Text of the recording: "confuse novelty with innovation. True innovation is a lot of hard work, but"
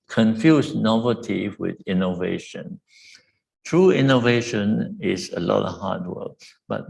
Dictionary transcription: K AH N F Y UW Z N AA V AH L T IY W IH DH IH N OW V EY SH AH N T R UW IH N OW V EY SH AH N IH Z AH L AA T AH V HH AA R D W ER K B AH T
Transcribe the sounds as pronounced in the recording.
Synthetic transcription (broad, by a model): K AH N F Y UW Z N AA V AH T IY W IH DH IH N OW V EY SH AH N T R UW IH N OW V EY SH AH N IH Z AH L AA T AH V HH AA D W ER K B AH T